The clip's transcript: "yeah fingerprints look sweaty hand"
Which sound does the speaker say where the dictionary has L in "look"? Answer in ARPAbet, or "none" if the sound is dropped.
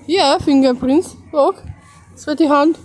W